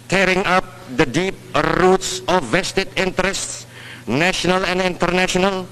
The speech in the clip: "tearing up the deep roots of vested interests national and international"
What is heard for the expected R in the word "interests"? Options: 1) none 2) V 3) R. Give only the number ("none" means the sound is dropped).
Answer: 3